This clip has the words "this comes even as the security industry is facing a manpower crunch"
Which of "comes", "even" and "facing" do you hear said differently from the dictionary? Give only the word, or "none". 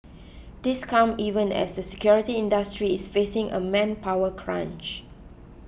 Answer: comes